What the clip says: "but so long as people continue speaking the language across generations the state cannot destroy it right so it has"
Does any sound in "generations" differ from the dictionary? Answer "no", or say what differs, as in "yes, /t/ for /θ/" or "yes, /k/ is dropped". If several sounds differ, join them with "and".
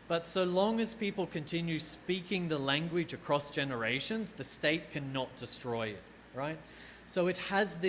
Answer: no